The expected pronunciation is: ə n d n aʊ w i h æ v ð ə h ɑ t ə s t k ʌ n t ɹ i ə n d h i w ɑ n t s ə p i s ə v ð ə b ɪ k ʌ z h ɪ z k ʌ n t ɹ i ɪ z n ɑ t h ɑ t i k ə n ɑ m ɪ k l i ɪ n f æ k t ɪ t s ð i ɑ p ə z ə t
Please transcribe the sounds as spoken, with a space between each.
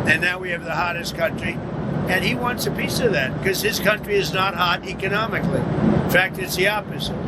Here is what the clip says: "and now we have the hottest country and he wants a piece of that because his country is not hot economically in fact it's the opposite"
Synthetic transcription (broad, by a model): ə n n aʊ w i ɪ v ð ə h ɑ t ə s k ʌ n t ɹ i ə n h i w ɑ n t s ə p i s ə v ð ə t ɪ k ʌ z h ɪ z k ʌ n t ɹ i ɪ z n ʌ t h ɑ t i k ə n ɑ m ɪ k l i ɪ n f æ k t ɪ t s ð i ɑ p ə z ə t